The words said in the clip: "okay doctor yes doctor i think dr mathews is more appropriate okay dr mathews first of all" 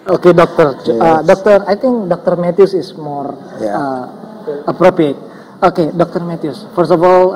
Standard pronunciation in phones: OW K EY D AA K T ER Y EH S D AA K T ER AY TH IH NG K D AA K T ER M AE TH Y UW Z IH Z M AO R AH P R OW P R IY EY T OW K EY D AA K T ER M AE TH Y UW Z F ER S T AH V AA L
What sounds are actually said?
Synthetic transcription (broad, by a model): OW K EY D AA K T ER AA D AA K T ER AY T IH NG K D AA K T ER M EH T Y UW S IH S M AO R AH P R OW P R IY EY T OW K EY D AA K T ER M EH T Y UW S F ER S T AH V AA L